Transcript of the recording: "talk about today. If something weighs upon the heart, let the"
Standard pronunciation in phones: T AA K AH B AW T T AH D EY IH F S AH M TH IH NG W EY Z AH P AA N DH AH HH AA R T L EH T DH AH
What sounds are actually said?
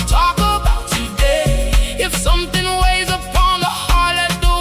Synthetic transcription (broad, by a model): T AA K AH B AW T T AH D EY IH F S AH M TH IH NG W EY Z AH P AA N DH AH HH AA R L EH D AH